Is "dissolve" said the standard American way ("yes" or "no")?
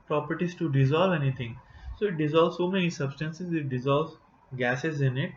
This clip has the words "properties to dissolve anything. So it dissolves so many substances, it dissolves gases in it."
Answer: yes